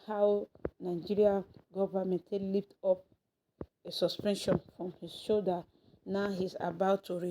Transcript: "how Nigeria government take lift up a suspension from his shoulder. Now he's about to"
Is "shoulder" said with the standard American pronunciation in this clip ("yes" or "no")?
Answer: no